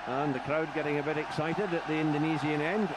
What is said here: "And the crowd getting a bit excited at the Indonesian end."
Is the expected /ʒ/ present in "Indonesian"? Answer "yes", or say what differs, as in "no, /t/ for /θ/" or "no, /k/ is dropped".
no, /z/ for /ʒ/